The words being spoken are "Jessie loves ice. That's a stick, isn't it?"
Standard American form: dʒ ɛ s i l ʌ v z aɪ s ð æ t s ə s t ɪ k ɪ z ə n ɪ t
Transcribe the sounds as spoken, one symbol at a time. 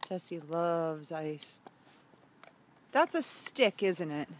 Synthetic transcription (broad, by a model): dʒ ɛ s i l ʌ v z aɪ s ð æ t s ə s t ɪ k ɪ z ə n ɪ t